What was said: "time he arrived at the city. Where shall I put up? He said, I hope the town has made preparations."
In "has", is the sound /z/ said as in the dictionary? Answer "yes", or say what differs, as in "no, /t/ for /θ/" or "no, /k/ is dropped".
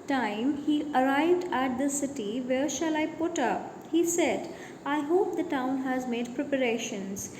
yes